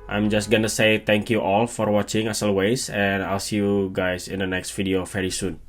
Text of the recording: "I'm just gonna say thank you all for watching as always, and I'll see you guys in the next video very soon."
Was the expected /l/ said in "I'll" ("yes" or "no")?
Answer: yes